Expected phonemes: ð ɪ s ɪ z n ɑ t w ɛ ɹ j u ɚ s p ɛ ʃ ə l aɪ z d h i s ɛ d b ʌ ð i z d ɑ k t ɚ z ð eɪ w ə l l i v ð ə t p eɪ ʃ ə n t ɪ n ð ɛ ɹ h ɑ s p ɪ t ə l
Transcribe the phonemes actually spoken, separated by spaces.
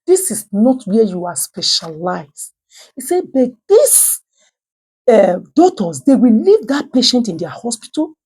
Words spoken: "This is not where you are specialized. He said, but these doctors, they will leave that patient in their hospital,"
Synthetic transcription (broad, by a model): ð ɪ s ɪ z n ɑ t w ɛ j u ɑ s p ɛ ʃ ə l aɪ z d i s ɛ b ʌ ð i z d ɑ t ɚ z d eɪ w ə l l i v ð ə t p eɪ ʃ ə n t ɪ n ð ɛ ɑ h ɑ s p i t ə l